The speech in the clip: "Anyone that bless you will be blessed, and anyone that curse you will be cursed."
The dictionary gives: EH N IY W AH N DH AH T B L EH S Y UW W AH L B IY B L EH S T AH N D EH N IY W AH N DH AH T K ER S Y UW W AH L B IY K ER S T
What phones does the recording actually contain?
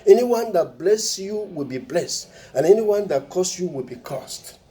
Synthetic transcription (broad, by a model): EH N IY W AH N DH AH T B L EH S Y UW W AH L B IY B L EH S T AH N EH N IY W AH N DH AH T K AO S Y UW W AH L B IY K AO S T